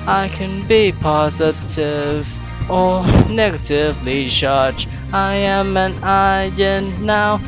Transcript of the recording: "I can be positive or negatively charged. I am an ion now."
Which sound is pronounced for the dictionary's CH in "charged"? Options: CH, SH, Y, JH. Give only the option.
SH